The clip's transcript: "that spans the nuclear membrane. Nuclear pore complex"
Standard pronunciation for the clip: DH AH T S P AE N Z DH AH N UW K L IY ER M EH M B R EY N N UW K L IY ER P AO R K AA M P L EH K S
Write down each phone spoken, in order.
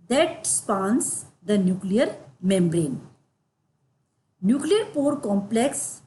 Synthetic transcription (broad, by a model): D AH T S P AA N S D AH N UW K L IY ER M EH M B R EY N N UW K L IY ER P AO R K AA M P L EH K S